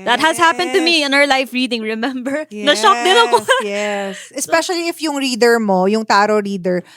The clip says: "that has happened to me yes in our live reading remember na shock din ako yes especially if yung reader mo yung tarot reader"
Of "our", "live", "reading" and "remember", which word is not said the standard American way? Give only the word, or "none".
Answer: live